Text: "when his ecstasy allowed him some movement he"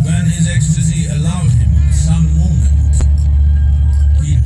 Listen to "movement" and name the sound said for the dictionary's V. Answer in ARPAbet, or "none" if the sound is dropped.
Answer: none